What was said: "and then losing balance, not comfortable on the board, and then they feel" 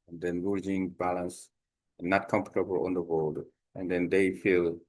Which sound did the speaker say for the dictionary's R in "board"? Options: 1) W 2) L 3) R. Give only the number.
2